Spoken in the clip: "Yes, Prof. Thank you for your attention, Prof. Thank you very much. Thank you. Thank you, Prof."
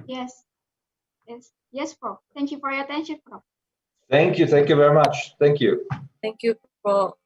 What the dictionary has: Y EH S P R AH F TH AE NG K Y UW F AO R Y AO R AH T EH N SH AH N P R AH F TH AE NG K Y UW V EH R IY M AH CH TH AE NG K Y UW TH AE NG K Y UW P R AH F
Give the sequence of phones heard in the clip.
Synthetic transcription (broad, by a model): Y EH S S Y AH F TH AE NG K Y UW F AO R Y AO R AH T EH N SH AH N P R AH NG TH AE NG K Y UW V EH R IY M AH CH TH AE NG K Y UW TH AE NG K Y UW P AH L